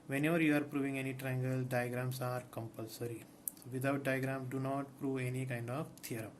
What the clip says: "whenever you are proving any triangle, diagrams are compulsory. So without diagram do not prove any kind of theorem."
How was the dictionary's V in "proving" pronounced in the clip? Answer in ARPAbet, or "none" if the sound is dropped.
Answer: V